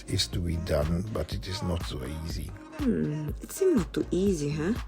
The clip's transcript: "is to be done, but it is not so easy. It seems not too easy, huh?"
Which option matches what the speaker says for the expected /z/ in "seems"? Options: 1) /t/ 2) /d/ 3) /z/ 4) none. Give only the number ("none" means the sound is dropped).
4